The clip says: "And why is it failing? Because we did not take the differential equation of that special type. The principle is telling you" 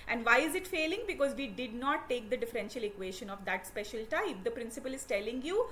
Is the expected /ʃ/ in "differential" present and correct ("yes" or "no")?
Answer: yes